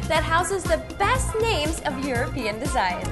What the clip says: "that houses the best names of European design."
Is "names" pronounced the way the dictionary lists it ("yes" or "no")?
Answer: yes